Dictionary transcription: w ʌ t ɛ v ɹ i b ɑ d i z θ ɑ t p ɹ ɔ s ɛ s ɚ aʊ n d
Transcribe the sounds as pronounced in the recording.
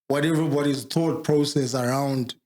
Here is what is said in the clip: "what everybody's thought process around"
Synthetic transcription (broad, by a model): w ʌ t ɛ v ɹ i b ɑ d i z t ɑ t p ɹ ɔ s ɛ s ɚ aʊ n d